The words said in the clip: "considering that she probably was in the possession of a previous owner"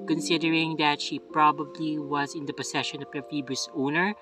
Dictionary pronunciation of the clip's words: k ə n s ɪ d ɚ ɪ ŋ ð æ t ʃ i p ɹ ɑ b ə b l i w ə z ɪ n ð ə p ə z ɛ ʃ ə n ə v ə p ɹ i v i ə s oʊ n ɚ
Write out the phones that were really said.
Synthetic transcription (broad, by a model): k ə n s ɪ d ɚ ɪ ŋ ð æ t ʃ i p ɹ ɑ b ə b l i w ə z ɪ n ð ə p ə s ɛ ʃ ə n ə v ə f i b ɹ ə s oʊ n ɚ